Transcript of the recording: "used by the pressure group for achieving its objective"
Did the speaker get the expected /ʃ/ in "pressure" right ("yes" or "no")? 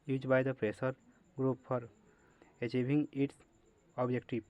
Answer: no